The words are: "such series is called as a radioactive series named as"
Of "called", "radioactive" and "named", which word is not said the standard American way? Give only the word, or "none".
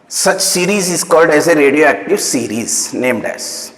none